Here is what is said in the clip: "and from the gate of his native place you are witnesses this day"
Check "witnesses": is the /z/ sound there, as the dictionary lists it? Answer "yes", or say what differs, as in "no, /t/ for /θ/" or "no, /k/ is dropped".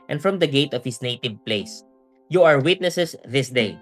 no, /s/ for /z/